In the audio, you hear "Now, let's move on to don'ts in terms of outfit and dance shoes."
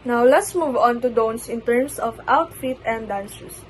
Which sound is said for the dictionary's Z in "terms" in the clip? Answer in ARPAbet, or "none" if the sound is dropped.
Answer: S